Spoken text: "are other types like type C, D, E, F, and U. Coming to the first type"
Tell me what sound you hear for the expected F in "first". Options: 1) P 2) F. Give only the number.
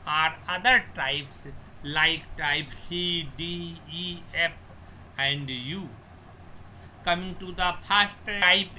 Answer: 1